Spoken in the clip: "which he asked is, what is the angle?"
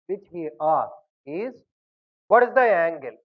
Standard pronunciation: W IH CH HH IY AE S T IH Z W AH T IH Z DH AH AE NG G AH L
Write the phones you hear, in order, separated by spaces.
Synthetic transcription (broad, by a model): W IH CH HH IY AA T IH Z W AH T IH Z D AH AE NG G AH L